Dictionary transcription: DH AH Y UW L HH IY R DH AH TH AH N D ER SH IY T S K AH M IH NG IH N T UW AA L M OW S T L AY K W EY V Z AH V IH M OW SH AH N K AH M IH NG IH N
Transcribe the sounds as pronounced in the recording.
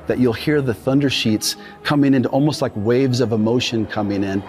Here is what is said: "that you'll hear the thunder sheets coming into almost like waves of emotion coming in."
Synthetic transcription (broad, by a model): DH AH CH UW L HH IY R DH AH TH AH N D ER SH IY T S K AH M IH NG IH N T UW AA L M OW S T L AY K W EY V Z AH V IH M OW SH AH N K AH M IH NG IH N